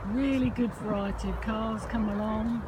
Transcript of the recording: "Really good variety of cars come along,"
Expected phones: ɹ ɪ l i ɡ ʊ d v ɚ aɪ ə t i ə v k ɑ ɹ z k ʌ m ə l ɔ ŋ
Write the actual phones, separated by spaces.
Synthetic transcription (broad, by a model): ɹ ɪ l i ɡ ʊ d f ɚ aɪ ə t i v k ɑ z k ʌ m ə l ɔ ŋ